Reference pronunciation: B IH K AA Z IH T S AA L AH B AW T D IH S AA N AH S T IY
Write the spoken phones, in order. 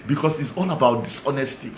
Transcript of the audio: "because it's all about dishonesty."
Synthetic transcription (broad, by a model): B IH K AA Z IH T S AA N AH B AW T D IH S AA N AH S T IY